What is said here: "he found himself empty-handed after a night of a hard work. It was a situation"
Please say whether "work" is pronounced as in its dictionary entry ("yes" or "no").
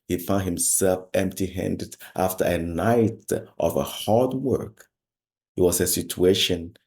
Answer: yes